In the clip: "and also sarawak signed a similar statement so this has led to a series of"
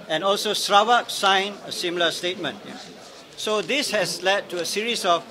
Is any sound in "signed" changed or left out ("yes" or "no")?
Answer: yes